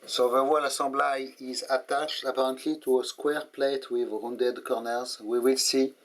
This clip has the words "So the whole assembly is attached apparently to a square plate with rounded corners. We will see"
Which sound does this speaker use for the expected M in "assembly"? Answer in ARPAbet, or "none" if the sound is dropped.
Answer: none